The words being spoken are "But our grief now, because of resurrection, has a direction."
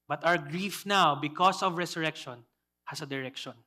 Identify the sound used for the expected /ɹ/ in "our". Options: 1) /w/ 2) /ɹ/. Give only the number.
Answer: 1